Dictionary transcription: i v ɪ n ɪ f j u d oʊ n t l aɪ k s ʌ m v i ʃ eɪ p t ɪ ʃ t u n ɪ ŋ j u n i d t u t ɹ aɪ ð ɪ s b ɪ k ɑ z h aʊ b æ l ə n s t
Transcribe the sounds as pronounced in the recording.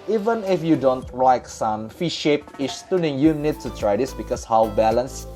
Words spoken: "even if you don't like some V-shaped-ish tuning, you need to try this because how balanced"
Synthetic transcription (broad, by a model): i v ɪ n ɪ f j u d oʊ n t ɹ aɪ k s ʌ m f i ʃ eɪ p ɪ s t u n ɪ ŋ j u n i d t u t ɹ aɪ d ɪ s b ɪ k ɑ s h aʊ b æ l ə n s